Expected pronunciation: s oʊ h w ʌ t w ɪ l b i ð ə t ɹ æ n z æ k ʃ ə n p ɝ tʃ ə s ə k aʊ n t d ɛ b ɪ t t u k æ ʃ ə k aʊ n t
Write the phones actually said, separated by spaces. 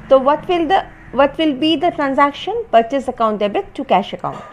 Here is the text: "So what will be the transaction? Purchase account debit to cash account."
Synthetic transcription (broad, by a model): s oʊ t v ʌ t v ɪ l b i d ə t ɹ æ n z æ k ʃ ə n p ɝ tʃ ə s ə k aʊ n t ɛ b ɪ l t u k æ ʃ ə k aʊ n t